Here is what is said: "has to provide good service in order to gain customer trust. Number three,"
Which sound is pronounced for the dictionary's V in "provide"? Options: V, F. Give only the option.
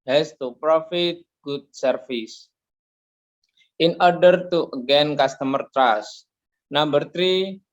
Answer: F